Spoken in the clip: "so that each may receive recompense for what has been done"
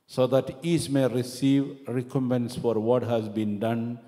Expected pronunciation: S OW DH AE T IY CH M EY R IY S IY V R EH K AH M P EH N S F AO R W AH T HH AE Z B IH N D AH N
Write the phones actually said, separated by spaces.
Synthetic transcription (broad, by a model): S OW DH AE T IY S M EY R IY S IY V R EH K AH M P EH N S F AO R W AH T HH AE Z B IH N D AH N